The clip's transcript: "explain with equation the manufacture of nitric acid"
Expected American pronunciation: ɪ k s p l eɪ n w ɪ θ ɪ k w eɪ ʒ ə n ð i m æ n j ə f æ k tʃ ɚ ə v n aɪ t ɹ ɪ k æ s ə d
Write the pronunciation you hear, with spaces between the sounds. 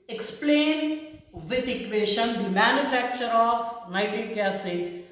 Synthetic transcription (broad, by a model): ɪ k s p l eɪ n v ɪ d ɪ k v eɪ ʃ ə n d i m æ n j ə f æ k tʃ ɚ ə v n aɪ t ɪ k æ s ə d